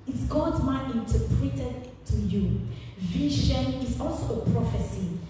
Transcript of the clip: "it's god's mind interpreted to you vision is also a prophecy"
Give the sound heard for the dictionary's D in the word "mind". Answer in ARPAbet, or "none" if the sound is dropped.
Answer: none